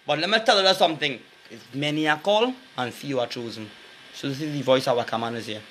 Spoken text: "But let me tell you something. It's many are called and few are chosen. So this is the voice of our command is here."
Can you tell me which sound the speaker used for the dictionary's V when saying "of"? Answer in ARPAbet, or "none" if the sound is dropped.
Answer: W